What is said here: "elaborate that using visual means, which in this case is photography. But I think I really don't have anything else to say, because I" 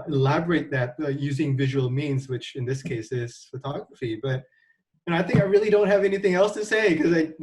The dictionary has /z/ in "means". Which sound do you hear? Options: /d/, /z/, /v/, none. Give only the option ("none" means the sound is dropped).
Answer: /z/